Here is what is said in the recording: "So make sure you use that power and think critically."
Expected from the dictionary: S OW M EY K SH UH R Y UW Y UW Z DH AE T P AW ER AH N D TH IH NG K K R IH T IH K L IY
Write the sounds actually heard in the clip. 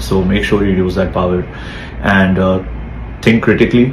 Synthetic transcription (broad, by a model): S OW M EY K SH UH R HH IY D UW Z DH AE T P AW ER AH N D T IH NG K K R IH T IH K L IY